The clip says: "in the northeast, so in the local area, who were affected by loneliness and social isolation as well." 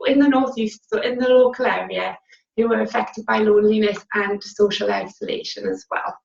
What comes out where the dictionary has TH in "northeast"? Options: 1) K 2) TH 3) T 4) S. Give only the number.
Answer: 2